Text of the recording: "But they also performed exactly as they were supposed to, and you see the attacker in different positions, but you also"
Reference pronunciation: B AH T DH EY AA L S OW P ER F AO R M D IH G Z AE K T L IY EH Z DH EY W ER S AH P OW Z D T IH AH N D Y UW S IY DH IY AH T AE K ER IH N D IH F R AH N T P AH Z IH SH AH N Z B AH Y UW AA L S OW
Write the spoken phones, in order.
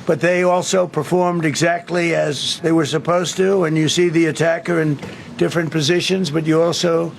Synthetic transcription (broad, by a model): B AH T DH EY AA L S OW P ER F AO R M D IH G Z AE K T L IY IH Z DH EY W ER S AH P OW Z T IH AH N Y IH S IY DH IY AH T AE K ER IH N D IH F R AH N P AH Z IH SH AH N Z B AH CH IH AA L S OW